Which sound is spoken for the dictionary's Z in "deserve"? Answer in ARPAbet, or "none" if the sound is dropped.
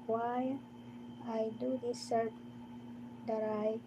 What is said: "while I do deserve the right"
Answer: S